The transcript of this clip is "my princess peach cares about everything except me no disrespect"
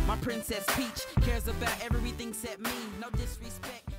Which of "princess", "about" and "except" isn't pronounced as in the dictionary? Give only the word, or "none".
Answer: except